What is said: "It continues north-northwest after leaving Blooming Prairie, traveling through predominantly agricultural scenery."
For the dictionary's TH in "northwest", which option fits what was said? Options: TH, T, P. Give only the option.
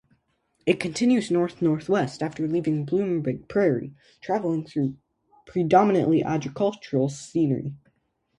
TH